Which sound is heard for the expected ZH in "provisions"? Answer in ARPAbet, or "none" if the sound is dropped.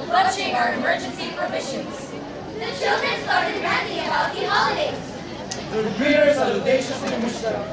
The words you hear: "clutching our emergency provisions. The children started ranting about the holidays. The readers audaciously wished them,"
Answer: SH